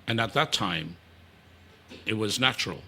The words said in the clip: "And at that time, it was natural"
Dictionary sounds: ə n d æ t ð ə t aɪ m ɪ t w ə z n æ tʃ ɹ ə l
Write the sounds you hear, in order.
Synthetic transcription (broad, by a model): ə n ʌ t ð ə t aɪ m ɪ t w ə z n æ tʃ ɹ l